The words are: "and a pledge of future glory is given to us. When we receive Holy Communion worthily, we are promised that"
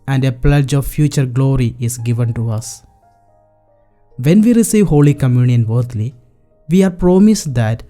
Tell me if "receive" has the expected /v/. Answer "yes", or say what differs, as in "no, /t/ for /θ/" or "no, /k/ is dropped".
yes